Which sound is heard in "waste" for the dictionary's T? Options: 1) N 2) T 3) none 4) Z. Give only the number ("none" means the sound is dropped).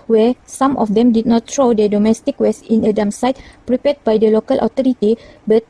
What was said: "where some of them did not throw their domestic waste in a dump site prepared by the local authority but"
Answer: 3